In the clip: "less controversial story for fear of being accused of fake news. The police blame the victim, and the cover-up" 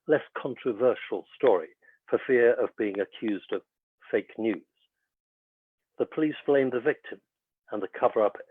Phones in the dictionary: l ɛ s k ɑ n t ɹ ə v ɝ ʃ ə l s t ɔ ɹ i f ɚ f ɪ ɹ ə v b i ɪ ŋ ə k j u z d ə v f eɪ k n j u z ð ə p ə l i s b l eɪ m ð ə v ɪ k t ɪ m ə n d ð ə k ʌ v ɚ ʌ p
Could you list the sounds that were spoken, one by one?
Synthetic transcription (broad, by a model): l ɛ s k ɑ n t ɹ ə v ɝ ʃ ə l s t ɔ ɹ i f ɚ f ɪ ɹ ə v b i ɪ ŋ ə k j u z d ə v f eɪ k n j u z ð ə p ə l i s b l eɪ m ð ə v ɪ k t ɪ m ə n ð ə k ʌ v ɚ ʌ p